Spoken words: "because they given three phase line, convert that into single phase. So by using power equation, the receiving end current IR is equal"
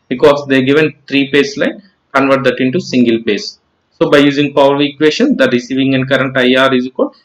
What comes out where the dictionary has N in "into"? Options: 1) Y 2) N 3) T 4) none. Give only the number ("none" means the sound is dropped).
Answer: 2